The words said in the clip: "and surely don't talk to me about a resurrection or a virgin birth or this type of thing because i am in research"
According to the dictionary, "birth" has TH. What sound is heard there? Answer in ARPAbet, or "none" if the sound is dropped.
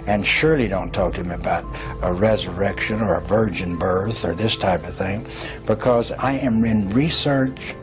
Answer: TH